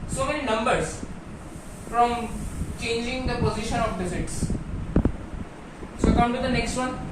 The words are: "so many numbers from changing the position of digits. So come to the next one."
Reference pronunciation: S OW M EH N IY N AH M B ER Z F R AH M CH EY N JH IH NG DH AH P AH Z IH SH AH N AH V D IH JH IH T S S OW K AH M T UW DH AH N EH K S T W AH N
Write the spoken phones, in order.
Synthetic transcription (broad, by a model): S OW M EH N IY N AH M B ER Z F R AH M CH EY N JH IH NG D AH P AH Z IH SH AH N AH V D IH Z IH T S S OW K AH M T UW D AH N EH K S T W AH N